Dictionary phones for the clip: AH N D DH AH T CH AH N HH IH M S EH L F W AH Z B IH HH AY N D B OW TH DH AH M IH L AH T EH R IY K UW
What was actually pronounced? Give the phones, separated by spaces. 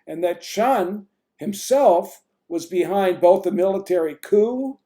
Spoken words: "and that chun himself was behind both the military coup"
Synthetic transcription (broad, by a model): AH N DH AH T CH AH N HH IH M S EH L F W AH Z B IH HH AY N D B OW TH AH M IH L AH T EH R IY K UW